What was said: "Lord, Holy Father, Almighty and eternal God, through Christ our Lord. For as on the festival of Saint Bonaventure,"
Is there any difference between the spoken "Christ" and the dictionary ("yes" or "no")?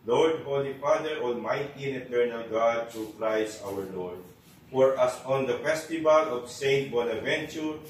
yes